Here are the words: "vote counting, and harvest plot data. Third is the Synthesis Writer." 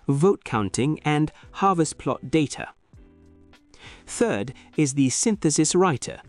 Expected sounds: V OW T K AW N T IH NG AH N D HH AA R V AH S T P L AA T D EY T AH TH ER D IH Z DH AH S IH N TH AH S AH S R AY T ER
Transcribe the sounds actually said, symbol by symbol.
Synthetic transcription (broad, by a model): V OW T K AW N T IH NG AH N HH AA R V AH S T P L AA T D EY T AH TH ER D IH Z DH AH S IH N TH AH S AH S R AY T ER